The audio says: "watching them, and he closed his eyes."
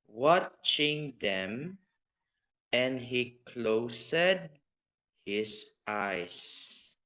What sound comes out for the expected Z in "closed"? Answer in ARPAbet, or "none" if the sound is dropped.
S